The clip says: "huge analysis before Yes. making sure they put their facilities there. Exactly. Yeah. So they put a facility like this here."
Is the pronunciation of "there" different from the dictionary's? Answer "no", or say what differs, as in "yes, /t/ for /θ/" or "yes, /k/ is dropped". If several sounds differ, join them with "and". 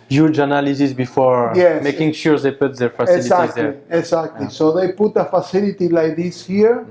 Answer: yes, /l/ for /ɹ/